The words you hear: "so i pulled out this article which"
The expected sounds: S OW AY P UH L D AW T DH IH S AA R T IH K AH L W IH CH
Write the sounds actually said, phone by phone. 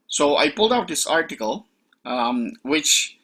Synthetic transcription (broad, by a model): S OW AY P UH L D AW T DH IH S AA R T IH K AH L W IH CH